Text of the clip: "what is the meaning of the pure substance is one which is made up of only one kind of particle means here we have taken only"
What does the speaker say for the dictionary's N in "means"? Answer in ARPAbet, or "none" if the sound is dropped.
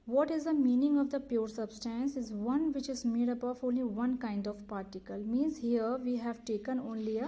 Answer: N